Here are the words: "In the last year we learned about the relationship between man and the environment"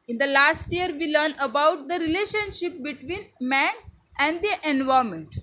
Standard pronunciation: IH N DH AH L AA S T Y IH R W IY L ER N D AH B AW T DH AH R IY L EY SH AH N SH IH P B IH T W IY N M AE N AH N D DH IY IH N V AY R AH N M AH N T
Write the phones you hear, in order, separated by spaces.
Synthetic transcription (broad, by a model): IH N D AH L AA S T Y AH R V IY L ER N AH B AW T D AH R IY L EY SH AH N SH IH P B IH T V IY N M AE N AH N D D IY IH N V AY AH M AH N T